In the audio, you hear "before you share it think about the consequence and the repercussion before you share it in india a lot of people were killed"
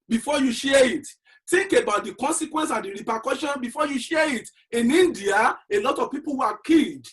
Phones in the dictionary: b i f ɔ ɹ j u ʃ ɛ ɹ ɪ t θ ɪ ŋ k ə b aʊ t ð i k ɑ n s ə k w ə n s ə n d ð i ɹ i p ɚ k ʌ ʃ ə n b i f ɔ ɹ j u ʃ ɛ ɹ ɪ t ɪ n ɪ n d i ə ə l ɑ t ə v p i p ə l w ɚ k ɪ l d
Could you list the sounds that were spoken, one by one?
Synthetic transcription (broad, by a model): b i f ɔ j u ʃ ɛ ɪ t t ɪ ŋ k ə b aʊ t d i k ɑ n s ə k w ə n s ə n d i ɹ i p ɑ k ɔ ʃ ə n b i f ɔ j u ʃ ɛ ɪ t ɪ n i n d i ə ə l ɑ t ə v p i p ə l w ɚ k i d